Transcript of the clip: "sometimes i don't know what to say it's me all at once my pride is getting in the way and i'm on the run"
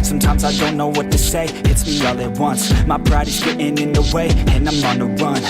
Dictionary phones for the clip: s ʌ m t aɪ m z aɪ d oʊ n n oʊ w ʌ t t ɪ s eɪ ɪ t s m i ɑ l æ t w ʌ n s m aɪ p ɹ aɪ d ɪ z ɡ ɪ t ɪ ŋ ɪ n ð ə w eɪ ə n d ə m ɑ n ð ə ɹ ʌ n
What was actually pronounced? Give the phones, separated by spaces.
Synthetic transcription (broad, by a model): s ʌ m t aɪ m z aɪ d oʊ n n oʊ w ʌ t t ɪ s eɪ ɪ t s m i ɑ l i w ʌ n s m aɪ b ɹ aɪ d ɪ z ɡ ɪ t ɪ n ɪ n ð ə w eɪ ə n ə m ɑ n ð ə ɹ ʌ n